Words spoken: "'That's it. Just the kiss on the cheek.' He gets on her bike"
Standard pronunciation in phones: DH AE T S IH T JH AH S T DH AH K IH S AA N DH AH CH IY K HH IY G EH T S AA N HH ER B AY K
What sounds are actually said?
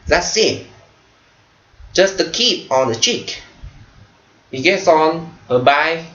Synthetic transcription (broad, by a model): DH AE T S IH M JH AH S T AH K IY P AA N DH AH CH IY K HH IY G EH T S AA N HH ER B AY